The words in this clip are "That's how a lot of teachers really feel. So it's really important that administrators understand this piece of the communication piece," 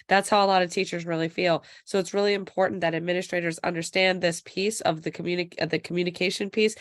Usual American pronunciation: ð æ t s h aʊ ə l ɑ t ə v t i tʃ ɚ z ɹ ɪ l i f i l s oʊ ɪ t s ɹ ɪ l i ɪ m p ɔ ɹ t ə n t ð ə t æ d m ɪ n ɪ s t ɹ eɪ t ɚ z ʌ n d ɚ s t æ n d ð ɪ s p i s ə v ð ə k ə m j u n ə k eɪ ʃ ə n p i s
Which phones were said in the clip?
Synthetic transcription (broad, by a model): ð æ t s h aʊ ə l ɑ t ə v t i tʃ ɚ z ɹ ɪ l i f i l s oʊ ɪ t s ɹ ɪ l i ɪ m p ɔ ɹ t n ð ə t æ d m ɪ n ɪ s t ɹ eɪ t ɚ z ʌ n d ɚ s t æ n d ð ɪ s p i s ə v ð ə k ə m j u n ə k eɪ ʃ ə n p i s